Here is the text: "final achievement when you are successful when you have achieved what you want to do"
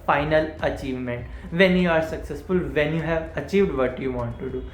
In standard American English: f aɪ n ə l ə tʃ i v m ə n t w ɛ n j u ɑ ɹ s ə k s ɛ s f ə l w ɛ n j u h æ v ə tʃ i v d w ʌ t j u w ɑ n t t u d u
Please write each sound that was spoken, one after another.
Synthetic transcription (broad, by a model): f aɪ n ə l ə tʃ i v m ə n t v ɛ n j u ɑ ɹ s ə k s ɛ s f ə l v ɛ n j u h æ v ə tʃ i v d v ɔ t j u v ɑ n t t u d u